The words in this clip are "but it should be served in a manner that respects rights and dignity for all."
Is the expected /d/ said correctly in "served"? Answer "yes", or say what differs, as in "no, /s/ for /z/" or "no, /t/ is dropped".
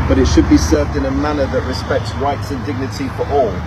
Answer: yes